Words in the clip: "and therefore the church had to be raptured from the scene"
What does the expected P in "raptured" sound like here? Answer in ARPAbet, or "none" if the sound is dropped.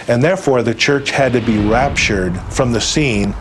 P